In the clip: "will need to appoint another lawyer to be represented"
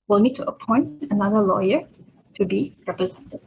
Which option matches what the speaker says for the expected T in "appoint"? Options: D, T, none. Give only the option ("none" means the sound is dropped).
T